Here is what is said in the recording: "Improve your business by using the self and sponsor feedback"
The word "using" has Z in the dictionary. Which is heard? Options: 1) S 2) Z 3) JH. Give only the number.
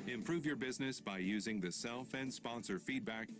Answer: 2